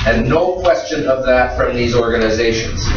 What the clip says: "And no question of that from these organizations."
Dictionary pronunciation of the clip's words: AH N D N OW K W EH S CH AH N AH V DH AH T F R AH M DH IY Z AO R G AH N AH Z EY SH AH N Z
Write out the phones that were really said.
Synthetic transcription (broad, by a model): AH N N OW K W EH S CH AH N AH V DH AH T F R AH M DH IY Z AO R G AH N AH Z EY SH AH N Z